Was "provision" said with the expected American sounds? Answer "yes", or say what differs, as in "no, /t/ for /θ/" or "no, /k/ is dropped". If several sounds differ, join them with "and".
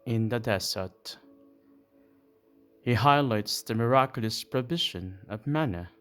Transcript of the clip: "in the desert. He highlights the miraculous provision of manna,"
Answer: no, /b/ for /v/ and /ʃ/ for /ʒ/